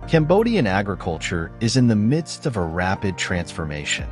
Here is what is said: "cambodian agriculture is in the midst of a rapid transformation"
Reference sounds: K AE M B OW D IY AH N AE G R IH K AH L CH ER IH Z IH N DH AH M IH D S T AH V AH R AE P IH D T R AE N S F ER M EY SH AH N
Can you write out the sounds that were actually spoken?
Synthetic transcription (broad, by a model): K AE M B OW D IY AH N AE G R IH K AH L CH ER IH Z IH N DH AH M IH D S T AH V AH R AE P IH D T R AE N S F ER M EY SH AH N